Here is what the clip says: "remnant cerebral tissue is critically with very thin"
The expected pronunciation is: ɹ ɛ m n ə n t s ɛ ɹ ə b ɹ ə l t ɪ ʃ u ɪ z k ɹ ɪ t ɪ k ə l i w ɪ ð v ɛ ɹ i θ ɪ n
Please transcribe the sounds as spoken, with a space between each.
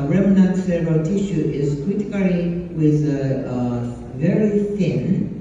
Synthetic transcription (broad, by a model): ɹ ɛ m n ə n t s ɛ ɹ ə ɹ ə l t ɪ ʃ u ɪ z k w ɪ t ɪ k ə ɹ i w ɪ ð v ɛ ɹ i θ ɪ n